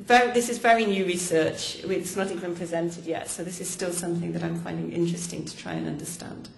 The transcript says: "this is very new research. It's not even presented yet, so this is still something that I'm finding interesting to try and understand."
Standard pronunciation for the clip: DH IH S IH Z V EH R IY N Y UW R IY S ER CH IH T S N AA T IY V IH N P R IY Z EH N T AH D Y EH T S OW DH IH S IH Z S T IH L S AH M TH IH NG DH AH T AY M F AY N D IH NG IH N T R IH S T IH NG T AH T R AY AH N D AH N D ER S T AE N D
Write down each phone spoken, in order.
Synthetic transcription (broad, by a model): DH IH S IH Z V EH R IY N Y UW R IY S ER CH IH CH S N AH T IY V IH N P R IY Z EH N T AH D Y EH T S OW DH IH S IH Z S T IH L S AH M TH IH NG DH AH T AY M F AY N D IH NG IH N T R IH S T IH NG T AH T R AY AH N AH N D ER S T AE N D